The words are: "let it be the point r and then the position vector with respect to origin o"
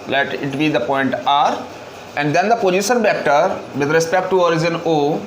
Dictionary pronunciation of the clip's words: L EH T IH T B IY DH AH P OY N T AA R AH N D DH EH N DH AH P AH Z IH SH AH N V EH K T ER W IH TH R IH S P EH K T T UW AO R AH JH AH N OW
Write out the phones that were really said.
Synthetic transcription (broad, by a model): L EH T IH T B IY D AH P OY N T AA R AH N D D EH N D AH P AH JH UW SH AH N B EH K T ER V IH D R IH S P EH K T T UW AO R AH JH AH N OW